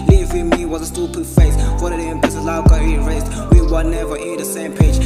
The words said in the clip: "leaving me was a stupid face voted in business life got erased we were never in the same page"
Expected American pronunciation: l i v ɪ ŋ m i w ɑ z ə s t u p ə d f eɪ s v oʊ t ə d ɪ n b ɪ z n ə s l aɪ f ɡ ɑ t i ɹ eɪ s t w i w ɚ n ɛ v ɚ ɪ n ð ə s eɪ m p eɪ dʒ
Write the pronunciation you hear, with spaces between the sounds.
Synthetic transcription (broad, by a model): l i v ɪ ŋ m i w ɑ z ə s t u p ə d f eɪ s f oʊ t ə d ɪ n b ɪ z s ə l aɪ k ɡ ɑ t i ɹ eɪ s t w i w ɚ n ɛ v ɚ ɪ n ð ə s eɪ m p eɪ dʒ